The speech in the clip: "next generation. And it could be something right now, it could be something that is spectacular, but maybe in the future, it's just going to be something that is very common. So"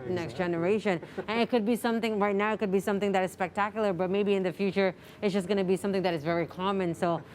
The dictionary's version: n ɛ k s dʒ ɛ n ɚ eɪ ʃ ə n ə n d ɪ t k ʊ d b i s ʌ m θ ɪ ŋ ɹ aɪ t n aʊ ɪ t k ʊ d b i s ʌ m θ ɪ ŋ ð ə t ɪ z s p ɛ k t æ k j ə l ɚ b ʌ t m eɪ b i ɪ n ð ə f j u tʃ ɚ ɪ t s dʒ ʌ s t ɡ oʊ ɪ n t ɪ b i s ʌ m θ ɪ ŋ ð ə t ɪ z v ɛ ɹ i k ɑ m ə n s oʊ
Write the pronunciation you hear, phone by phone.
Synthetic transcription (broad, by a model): n ɛ k s dʒ ɛ n ɚ eɪ ʃ ə n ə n ɪ t k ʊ d b i s ʌ m θ ɪ ŋ ɹ aɪ t n aʊ ɪ t k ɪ d b i s ʌ m θ ɪ ŋ ð ə t ɪ z s p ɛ k t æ k j l ɚ b ʌ t m eɪ b i ɪ n ð ə f j u tʃ ɚ ɪ t s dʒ ʌ s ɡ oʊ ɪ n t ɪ b i s ʌ m θ ɪ ŋ ð ə t ɪ z v ɛ ɹ i k ɑ m ə n s oʊ